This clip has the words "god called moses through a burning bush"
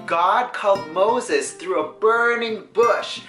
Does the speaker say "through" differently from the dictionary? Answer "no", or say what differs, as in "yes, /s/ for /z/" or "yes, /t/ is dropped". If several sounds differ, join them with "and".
no